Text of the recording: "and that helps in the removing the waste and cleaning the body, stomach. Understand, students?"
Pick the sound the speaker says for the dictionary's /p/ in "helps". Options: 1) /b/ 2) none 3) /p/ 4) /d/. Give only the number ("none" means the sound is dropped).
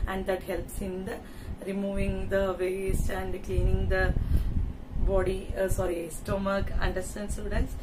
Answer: 3